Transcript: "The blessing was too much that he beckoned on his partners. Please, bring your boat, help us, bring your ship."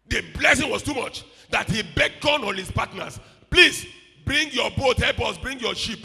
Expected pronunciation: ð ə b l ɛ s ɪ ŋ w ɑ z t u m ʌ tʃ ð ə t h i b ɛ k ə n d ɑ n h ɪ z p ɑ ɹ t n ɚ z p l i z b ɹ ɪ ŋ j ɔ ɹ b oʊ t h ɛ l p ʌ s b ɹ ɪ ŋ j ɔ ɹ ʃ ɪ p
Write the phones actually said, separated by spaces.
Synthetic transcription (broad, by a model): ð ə b l ɛ s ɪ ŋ w ɑ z t u m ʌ tʃ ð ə t h i b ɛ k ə n ɑ n h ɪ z p ɑ t n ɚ s p l i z b ɹ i ŋ j ɔ b oʊ t h ɛ l p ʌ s b ɹ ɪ ŋ j ɔ ʃ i p